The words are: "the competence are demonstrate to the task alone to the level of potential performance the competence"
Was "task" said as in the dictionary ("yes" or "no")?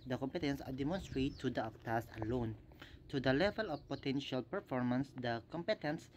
no